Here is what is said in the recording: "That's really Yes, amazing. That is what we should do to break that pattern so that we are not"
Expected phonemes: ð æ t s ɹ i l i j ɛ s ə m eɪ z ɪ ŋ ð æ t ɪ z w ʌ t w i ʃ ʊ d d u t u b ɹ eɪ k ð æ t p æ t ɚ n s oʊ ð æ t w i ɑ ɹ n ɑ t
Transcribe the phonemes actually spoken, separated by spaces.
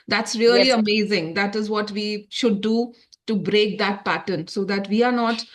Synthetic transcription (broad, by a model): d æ t s ɹ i i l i ə m eɪ z ɪ ŋ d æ t ɪ z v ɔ t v i ʃ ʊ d d u t u b ɹ eɪ k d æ t p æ t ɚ n s oʊ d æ t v i ɑ ɹ n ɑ t